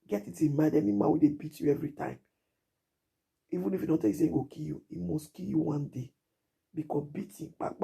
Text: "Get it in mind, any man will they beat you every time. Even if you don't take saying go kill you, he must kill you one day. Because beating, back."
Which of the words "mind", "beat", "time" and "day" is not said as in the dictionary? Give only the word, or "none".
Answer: mind